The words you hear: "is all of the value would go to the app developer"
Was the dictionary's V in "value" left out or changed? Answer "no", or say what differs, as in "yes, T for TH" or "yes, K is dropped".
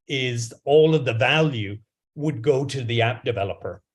no